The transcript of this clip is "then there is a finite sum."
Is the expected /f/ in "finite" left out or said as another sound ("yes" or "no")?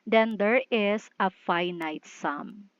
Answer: no